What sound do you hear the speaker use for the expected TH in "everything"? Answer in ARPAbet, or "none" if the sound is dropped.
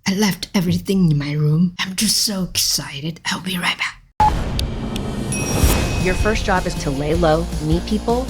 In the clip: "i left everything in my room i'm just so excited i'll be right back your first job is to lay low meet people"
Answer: TH